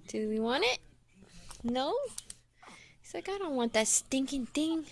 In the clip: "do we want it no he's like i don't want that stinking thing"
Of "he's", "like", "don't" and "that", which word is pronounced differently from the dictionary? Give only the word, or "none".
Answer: he's